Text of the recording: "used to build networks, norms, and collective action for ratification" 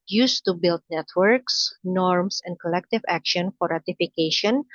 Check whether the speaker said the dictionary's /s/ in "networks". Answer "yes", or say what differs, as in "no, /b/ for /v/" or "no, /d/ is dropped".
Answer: yes